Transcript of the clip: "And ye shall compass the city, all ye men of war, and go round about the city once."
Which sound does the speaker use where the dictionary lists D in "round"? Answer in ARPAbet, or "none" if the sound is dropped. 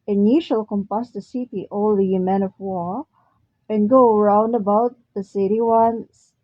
D